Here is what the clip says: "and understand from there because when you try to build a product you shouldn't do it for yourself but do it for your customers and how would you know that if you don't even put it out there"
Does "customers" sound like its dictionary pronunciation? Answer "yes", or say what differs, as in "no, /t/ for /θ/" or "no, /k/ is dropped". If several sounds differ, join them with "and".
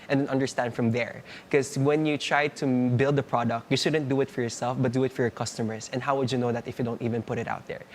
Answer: no, /s/ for /z/